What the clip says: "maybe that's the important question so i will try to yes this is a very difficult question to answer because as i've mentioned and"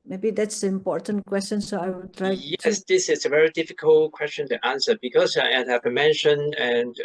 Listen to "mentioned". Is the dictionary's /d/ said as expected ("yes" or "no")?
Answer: no